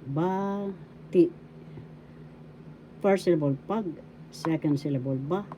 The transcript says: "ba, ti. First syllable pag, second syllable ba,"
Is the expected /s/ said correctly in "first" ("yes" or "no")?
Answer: no